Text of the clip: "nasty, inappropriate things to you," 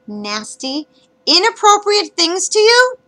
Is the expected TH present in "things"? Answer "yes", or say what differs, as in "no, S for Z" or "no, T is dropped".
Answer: yes